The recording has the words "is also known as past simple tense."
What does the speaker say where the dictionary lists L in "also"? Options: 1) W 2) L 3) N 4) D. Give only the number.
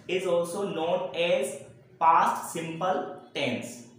2